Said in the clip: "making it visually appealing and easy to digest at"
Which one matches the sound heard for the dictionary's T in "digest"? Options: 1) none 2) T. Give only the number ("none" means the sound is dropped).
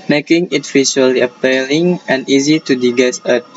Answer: 1